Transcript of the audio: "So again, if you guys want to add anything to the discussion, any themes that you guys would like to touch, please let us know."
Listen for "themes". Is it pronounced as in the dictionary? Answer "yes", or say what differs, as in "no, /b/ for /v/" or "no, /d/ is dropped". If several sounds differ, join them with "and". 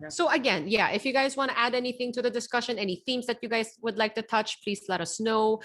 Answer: yes